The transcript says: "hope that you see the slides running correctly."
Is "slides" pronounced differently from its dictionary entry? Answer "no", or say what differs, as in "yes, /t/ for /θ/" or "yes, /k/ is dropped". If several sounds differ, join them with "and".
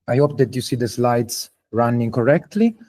yes, /s/ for /z/